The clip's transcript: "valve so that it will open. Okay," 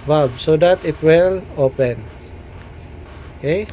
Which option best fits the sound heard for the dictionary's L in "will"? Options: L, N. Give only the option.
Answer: L